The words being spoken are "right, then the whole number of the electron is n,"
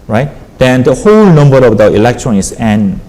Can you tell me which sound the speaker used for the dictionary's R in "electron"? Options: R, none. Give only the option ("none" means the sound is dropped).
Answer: R